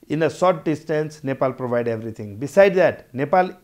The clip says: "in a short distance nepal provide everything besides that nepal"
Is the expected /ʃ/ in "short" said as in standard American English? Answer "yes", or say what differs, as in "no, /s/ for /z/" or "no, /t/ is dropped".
no, /s/ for /ʃ/